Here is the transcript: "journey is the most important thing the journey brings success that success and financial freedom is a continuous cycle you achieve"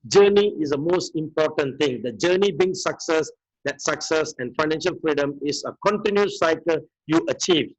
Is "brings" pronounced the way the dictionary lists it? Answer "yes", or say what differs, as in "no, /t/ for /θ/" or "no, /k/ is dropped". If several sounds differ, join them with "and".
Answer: no, /ɹ/ is dropped